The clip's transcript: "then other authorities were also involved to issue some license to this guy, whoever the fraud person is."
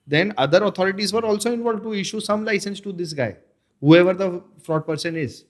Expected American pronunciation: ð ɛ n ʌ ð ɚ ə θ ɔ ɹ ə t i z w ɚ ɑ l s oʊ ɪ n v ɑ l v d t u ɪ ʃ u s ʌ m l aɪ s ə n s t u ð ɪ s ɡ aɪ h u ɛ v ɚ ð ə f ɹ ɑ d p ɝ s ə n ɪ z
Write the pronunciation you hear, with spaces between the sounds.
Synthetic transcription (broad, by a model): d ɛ n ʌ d ɚ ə t ɔ ɹ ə t i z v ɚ ɑ l s oʊ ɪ n v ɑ l d t u ɪ ʃ u s ʌ m l aɪ s ə n s t u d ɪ s ɡ aɪ h u ɛ v ɚ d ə f ɹ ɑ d p ɝ s ə n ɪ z